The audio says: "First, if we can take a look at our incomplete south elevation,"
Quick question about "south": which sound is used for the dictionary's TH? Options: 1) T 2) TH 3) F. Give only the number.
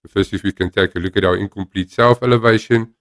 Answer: 3